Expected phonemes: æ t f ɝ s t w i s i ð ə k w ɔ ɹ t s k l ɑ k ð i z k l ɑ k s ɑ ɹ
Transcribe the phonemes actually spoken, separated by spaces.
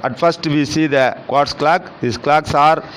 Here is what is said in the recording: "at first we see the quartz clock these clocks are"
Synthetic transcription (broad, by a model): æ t f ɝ s t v i s i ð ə k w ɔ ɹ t s k l ɑ k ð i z k l ɑ k s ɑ ɹ